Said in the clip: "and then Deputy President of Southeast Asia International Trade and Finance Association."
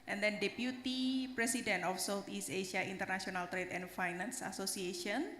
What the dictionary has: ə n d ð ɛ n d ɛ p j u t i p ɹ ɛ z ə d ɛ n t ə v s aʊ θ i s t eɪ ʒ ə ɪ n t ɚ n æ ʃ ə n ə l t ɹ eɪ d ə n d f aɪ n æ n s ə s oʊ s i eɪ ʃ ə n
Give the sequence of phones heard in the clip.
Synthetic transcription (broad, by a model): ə n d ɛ n d ɛ p j u t i p ɹ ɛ s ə d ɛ n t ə f s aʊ t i s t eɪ ʃ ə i n t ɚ n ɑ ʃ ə n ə l t ɹ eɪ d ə n f aɪ n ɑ n s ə s oʊ s i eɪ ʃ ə n